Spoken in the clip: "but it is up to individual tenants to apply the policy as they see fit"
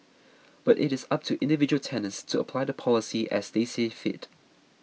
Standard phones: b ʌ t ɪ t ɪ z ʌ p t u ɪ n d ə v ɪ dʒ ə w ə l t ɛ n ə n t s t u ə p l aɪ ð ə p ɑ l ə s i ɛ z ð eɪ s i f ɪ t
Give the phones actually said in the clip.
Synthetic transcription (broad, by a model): b ʌ t ɪ t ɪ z ʌ p t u ɪ n d ə v ɪ dʒ ə w ə l t ɛ n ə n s t u ə p l aɪ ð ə p ɑ l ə s i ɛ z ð eɪ s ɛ f ɪ t